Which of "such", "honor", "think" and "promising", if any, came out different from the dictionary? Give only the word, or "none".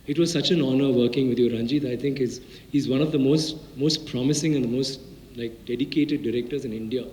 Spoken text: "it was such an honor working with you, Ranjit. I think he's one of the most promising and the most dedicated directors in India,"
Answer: think